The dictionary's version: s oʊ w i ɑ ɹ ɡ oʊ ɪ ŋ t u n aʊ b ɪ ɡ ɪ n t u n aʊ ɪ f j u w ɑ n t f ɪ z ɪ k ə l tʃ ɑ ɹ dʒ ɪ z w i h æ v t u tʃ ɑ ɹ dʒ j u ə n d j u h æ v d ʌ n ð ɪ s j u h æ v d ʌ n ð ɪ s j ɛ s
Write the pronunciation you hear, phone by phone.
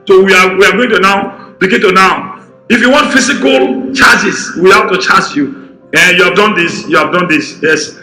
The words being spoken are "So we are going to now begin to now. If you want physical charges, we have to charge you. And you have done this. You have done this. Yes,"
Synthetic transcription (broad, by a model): s oʊ w i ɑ w ɡ oʊ ɪ ŋ t u n aʊ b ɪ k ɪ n t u n aʊ ɪ f j u w ɑ n t f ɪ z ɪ k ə l tʃ ɑ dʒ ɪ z w i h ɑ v t u tʃ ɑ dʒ j u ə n j u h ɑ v d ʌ n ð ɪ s j u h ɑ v d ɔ n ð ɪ s j ɛ s